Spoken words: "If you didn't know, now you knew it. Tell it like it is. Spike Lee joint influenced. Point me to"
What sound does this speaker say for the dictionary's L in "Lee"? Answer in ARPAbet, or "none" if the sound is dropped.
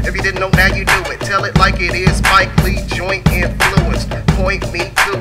L